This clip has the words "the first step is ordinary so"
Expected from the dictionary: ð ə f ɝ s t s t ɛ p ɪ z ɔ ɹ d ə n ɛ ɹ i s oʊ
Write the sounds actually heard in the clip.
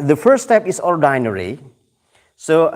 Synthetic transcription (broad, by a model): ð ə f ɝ t s t ɛ p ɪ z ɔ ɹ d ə n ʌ ɹ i s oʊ